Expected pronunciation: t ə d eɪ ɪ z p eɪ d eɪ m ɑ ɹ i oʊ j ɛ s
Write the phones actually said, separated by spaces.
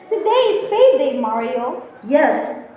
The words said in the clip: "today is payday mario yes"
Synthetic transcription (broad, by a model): t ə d eɪ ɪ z f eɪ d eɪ m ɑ ɹ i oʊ j ɛ s